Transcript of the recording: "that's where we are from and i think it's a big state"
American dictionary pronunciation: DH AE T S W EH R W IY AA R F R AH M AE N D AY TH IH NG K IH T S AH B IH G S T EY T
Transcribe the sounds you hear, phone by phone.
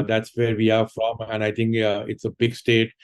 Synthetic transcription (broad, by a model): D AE T S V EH R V IY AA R F R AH M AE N D AY T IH NG K IH T S AH B IH G S T EY T